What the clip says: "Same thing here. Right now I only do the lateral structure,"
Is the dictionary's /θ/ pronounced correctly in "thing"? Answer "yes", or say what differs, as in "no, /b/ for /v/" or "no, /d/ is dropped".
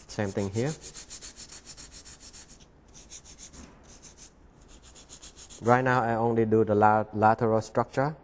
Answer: no, /t/ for /θ/